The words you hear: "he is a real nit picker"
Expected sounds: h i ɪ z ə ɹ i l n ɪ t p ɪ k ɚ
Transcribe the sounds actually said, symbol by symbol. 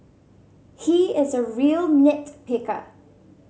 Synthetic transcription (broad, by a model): h i ɪ z ə ɹ i l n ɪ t p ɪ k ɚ